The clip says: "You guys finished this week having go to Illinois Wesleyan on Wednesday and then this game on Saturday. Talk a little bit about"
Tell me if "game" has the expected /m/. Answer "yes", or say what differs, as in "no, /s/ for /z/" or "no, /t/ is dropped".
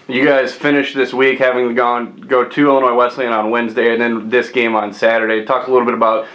yes